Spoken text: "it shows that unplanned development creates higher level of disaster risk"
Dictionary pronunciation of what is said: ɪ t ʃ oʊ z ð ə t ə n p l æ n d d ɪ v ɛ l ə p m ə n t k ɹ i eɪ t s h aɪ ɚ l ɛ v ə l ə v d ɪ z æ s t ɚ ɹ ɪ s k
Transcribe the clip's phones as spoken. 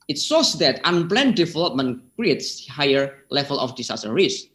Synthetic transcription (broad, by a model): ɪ t s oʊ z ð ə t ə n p l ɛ n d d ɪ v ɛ l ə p m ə n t k ɹ i eɪ t s h aɪ ɚ l ɛ v ə l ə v d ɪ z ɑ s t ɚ ɹ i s